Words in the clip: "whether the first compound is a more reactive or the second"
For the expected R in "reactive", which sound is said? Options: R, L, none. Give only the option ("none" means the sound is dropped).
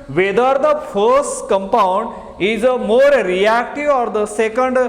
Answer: R